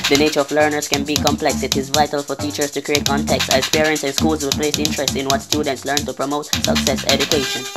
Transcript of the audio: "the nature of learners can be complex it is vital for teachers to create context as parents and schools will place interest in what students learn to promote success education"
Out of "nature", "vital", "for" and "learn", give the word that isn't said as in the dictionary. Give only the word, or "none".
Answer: none